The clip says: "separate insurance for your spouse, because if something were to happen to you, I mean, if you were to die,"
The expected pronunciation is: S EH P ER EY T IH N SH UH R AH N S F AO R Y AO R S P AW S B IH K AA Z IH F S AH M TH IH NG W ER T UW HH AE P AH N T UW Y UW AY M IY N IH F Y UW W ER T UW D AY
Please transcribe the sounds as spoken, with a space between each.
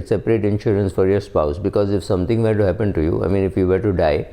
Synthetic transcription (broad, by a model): S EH P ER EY T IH N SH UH R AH N S F AO R Y AO R S P AW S B IH K AA Z IH F S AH M T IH NG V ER T UW HH AE P AH N T UW Y UW AY M IY N IH F Y UW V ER T UW D AY